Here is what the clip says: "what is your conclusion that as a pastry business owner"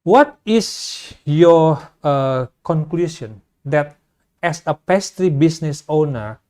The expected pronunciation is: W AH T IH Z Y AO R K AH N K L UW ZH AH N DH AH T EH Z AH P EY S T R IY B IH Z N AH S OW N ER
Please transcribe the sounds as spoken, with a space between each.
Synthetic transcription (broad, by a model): W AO T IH S Y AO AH K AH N K L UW S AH N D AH T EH S AH P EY S T R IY B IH S N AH S OW N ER